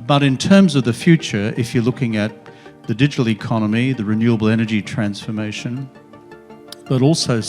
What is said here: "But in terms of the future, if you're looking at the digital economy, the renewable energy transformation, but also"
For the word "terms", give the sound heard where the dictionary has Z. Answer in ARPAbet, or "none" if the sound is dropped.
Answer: Z